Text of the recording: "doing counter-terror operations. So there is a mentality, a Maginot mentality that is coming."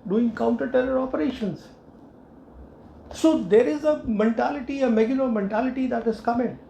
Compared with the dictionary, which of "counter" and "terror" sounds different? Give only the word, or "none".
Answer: terror